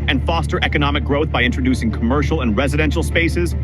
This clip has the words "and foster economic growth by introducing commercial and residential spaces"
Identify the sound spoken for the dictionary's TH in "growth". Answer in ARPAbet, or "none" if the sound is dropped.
TH